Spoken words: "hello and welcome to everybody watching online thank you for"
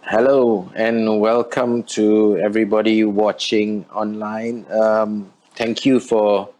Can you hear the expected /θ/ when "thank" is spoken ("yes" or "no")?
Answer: no